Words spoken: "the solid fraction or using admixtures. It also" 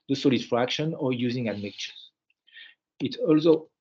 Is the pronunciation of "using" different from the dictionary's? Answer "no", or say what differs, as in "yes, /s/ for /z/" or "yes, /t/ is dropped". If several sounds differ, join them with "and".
no